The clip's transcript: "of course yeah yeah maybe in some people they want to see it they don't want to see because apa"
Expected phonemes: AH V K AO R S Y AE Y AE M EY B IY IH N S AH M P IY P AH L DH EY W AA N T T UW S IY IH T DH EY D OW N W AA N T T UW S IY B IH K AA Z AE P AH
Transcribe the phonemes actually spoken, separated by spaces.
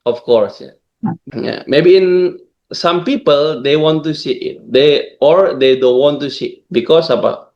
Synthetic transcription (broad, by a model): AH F K AO R S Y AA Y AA M EY B IY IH N S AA M P IY P AH L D EY W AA N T T UW S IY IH T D EY D OW N W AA N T T UW S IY B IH K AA S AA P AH